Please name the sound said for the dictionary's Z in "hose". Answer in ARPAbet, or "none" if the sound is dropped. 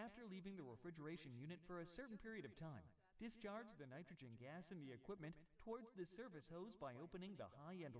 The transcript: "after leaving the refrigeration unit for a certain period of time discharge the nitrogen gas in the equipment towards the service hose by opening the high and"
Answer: Z